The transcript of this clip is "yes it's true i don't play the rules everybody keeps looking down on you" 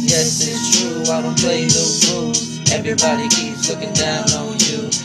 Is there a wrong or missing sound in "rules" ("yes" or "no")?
yes